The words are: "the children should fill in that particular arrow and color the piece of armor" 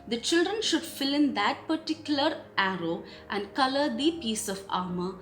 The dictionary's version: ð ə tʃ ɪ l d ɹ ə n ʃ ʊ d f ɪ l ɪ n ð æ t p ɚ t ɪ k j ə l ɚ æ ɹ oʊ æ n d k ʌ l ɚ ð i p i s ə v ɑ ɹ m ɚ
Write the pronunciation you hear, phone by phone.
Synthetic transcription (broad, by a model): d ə tʃ ɪ l d ɹ ə n ʃ ʊ d f ɪ l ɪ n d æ t p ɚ t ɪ k j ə l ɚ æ ɹ oʊ æ n d k ʌ l ɚ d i p i s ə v ɑ ɹ m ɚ